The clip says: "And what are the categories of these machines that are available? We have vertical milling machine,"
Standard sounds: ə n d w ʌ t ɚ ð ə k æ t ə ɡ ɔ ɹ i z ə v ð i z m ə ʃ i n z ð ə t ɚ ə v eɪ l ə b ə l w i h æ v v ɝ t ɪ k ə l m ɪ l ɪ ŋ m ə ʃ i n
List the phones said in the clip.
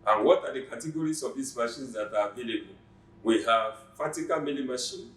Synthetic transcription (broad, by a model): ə n w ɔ t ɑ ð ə k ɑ t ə ɡ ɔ ɹ i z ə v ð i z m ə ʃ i n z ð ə t ə v eɪ l ə b ə l w i h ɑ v f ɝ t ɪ k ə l m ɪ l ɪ m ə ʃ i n